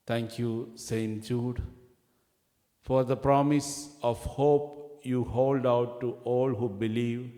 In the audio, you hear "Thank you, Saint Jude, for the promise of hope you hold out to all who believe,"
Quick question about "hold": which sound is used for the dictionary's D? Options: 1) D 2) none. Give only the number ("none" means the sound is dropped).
1